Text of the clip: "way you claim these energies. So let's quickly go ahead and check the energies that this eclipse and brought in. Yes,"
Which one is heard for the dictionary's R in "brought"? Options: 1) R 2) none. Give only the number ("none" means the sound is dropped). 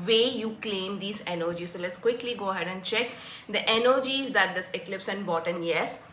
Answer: 2